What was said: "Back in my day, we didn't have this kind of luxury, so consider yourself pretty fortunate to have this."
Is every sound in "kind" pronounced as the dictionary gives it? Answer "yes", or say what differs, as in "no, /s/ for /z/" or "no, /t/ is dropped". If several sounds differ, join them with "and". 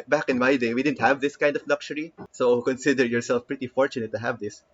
yes